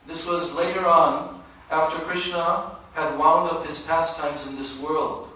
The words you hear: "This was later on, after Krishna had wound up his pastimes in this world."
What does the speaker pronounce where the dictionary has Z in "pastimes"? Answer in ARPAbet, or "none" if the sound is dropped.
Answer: Z